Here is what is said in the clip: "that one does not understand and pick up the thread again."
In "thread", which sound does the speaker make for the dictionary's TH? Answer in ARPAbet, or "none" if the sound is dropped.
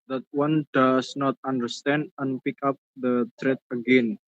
T